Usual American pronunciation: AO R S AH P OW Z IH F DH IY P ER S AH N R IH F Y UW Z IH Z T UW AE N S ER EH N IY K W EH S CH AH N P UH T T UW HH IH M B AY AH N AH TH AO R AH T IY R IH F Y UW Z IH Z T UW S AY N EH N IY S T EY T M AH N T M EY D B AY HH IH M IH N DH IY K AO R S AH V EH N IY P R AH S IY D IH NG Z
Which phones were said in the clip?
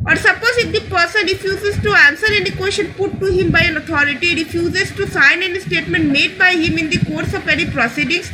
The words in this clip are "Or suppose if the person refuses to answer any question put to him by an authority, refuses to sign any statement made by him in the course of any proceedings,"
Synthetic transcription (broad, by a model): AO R S AH P OW Z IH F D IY P ER S AH N R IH F Y UW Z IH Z T UW AE N S ER EH N IY K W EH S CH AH N P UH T T UW HH IH M B AY AH N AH T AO R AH T IY R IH F Y UW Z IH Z T UW S AY N EH N IY S T EY T M AH N T M EY D B AY HH IH M IH N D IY K AO R S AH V EH N IY P R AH S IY D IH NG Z